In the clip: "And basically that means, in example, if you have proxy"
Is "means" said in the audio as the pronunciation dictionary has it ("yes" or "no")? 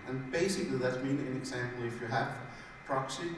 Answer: no